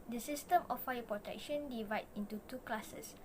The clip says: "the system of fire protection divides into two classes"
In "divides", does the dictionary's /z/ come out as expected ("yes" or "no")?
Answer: no